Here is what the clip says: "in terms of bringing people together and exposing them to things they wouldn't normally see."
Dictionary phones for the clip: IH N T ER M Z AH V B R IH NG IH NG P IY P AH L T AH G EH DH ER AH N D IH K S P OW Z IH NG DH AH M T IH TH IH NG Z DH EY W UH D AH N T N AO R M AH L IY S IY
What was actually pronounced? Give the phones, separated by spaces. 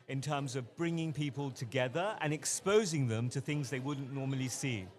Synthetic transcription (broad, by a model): IH N T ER M Z AH V B R IH NG IH NG P IY P AH L T AH G EH DH ER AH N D IH K S P OW Z IH NG DH AH M T IH TH IH NG Z DH EY W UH D N N AO R M AH L IY S IY